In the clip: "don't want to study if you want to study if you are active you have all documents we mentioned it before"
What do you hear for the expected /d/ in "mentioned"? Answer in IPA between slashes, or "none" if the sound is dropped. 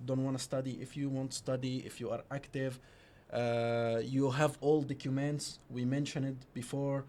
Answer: none